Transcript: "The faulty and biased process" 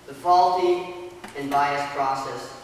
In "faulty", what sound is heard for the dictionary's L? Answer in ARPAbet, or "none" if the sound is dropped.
L